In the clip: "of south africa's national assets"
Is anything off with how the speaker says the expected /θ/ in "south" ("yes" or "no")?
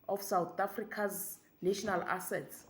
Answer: yes